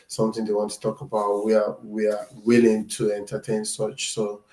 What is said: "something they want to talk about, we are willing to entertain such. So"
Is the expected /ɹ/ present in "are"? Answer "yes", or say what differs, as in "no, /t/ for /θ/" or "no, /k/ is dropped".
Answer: no, /w/ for /ɹ/